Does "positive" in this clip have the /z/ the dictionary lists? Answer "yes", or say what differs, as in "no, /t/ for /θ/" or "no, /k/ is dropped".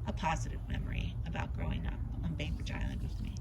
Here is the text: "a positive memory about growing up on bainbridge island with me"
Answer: yes